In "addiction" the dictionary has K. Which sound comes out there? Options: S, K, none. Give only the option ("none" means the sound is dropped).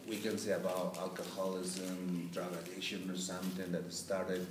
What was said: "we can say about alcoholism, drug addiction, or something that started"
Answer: none